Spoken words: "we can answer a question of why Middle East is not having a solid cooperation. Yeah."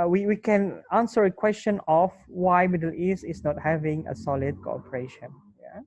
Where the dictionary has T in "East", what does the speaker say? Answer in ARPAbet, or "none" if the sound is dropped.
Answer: none